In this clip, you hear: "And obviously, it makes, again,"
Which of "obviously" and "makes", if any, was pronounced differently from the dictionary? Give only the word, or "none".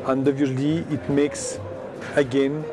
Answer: obviously